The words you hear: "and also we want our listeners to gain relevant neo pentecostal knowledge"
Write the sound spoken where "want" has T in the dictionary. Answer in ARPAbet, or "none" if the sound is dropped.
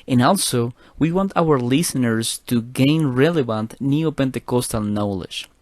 T